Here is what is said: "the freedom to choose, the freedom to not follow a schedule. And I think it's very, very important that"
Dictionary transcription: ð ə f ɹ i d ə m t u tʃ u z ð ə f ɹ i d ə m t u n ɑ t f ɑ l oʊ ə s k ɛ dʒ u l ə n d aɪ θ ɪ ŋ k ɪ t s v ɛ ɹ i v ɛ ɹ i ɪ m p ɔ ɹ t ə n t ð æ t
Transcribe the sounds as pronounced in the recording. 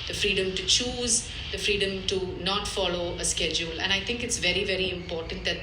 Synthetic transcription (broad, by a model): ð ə f ɹ i d ə m t u tʃ u z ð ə f ɹ i d ə m t u n ɑ t f ɑ l oʊ ə s k ɛ dʒ u l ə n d aɪ t ɪ ŋ k ɪ t s v ɛ ɹ i v ɛ ɹ i ɪ m p ɔ ɹ t ə n t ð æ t